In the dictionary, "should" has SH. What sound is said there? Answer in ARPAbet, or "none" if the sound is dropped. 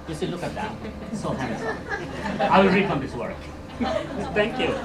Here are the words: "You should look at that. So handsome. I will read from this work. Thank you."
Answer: S